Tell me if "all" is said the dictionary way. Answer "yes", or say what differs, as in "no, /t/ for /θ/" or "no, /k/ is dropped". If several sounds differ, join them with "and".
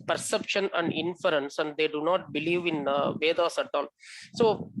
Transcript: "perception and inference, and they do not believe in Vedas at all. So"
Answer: no, /n/ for /l/